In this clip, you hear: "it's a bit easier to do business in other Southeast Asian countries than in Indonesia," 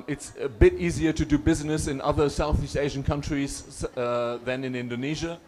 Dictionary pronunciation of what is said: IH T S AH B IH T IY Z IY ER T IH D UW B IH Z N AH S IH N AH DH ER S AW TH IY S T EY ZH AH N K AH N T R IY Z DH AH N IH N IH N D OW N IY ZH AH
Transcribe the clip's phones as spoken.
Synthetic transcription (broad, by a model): IH T S AH B IH T IY Z IY ER T IH D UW B IH Z N AH S IH N AH DH ER S AW TH IY S T EY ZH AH N K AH N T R IY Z DH AH N IH N IH N D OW N IY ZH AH